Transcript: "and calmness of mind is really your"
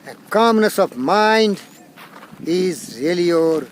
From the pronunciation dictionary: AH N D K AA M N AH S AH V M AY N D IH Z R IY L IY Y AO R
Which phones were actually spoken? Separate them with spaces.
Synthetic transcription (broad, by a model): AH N K AA M N AH S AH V M AY N D IH Z R IY L IY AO R